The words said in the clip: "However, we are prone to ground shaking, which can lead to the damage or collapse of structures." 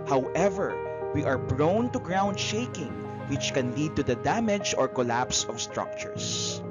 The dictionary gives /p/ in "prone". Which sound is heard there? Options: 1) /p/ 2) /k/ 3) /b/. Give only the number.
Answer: 3